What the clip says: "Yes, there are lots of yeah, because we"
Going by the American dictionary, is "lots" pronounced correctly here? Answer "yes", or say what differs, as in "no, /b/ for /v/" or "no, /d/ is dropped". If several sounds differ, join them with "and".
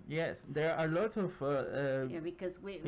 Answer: no, /s/ is dropped